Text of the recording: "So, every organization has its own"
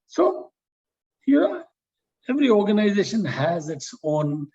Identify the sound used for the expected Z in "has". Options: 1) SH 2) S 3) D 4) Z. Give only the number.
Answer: 4